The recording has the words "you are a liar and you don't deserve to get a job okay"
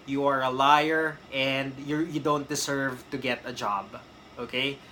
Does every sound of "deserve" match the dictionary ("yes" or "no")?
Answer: no